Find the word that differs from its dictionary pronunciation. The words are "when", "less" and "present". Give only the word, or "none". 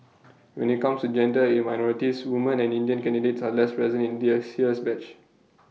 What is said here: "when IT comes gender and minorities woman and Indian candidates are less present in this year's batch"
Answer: present